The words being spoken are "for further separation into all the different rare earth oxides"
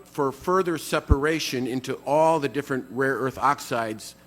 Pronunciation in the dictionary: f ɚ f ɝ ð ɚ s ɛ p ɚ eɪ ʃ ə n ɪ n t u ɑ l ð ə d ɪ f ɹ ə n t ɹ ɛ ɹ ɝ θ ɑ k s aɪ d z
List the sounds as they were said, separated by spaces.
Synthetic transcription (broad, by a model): f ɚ f ɝ ð ɚ s ɛ p ɚ eɪ ʃ ə n ɪ n t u ɑ l ð ə d ɪ f ɹ ə n t ɹ ɛ ɹ ɝ θ ɑ k s aɪ d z